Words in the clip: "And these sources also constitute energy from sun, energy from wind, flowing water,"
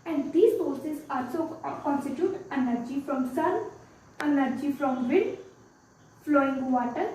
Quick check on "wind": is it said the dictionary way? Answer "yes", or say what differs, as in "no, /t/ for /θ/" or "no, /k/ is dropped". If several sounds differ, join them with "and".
no, /n/ is dropped